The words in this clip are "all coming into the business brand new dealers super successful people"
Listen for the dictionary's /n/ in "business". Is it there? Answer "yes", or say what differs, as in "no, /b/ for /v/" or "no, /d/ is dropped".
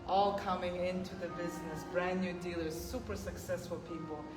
yes